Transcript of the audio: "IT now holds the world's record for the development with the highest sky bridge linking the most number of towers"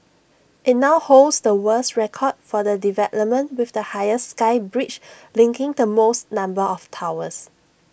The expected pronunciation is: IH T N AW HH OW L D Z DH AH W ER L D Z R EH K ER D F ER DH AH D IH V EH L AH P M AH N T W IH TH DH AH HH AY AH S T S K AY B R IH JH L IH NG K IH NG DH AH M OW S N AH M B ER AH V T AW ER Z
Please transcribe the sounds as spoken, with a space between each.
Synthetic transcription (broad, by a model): IH T N AW HH OW L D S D AH W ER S R EH K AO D F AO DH AH D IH V EH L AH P M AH N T W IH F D AH HH AY AH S S K AY B R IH CH L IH NG K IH NG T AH M OW S N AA M B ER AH F T AW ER S